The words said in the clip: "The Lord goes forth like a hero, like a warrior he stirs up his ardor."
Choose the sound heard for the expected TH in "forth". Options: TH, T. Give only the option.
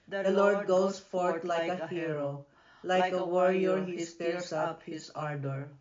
T